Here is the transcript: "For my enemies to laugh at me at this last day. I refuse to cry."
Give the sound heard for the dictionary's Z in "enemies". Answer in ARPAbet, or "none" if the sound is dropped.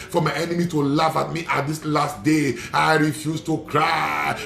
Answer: none